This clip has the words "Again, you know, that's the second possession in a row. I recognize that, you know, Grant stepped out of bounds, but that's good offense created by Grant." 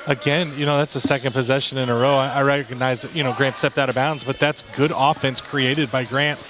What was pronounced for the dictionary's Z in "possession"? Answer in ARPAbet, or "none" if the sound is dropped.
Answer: Z